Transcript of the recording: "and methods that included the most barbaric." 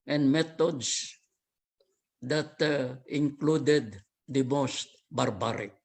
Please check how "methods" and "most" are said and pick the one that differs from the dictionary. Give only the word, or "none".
methods